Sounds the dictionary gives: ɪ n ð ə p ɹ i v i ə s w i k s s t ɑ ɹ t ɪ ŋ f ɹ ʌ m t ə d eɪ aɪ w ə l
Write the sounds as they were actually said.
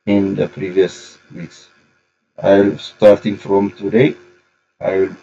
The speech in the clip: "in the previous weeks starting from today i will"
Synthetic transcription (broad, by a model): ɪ n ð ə p ɹ i v i ə s w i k s s t ɑ ɹ t ɪ ŋ f ɹ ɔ m t ə d eɪ aɪ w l